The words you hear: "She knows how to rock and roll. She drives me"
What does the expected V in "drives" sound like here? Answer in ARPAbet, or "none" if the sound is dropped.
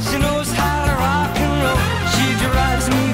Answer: none